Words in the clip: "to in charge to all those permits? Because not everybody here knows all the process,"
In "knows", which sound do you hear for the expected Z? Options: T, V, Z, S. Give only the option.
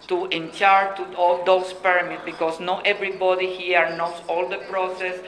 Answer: S